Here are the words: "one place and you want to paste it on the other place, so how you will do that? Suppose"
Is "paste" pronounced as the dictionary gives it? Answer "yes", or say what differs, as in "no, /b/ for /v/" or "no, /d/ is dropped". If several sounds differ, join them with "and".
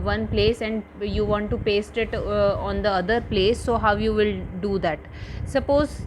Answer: yes